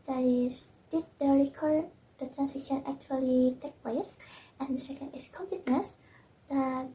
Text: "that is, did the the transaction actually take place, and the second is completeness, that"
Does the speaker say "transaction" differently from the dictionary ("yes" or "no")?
yes